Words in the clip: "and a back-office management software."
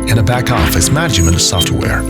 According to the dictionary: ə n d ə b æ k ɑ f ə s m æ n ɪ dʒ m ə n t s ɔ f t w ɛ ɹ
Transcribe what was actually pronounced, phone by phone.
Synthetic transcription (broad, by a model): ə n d ə b æ k ɑ f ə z m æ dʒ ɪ m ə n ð s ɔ f t w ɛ ɹ